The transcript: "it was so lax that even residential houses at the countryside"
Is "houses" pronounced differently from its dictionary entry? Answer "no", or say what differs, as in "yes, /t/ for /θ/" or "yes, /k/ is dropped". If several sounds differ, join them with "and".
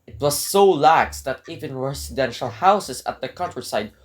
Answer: yes, /s/ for /z/